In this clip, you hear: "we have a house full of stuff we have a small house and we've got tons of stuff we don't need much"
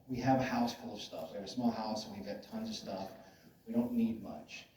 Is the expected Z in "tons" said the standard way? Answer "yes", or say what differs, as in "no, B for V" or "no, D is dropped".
yes